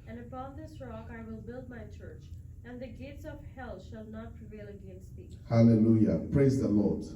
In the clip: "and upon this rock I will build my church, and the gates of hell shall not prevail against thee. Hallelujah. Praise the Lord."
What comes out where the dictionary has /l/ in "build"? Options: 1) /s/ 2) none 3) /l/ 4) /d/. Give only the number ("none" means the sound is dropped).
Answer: 3